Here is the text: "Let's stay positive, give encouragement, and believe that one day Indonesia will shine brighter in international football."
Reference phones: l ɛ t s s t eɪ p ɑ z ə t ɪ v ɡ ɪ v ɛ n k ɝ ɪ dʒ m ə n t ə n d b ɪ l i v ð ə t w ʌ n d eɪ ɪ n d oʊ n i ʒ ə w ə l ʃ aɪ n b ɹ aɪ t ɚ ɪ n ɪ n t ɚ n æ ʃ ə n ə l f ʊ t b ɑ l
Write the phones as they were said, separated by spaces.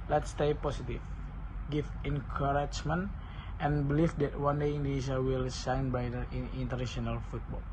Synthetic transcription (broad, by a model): l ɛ t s s t eɪ p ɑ s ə t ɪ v ɡ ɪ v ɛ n k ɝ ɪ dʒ m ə n t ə n b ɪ l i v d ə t w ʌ n d eɪ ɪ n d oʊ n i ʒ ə w ə l s aɪ n b aɪ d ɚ ɪ n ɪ n t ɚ n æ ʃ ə n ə l f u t b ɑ l